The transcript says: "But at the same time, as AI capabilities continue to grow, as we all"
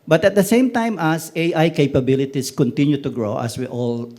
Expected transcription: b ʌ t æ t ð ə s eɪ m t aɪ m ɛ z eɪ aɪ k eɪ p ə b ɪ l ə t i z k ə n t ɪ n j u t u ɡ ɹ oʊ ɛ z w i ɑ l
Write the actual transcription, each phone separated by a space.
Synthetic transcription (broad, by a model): b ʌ t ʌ t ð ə s eɪ m t aɪ m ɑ s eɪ aɪ k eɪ p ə b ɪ l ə t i s k ə n t ɪ n j u t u ɡ ɹ oʊ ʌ s w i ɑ l